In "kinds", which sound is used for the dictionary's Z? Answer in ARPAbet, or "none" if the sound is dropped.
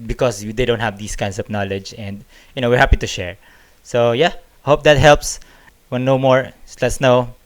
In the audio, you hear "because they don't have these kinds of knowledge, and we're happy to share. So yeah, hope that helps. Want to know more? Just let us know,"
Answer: S